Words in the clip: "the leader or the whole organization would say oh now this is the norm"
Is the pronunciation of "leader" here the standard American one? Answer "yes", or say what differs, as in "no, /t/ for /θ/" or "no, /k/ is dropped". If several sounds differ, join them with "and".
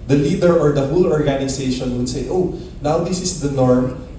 yes